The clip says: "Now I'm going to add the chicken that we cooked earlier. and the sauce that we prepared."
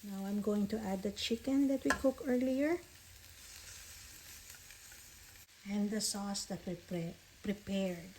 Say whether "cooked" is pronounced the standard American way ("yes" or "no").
no